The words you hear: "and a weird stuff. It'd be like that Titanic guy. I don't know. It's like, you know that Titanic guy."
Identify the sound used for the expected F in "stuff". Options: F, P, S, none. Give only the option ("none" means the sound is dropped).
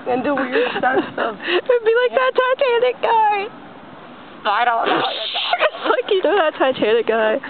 none